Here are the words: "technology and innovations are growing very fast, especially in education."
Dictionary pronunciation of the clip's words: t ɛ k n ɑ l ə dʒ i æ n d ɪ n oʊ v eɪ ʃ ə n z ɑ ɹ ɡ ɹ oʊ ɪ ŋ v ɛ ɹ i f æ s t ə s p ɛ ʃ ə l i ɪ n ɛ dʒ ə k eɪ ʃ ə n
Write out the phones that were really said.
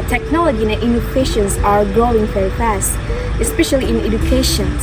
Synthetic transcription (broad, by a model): t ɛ k n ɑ l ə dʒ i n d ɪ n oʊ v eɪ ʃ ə n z ɑ ɹ ɡ ɹ oʊ ɪ ŋ f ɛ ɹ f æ s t ə s p ɛ ʃ ə l i ɪ n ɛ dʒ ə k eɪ ʃ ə n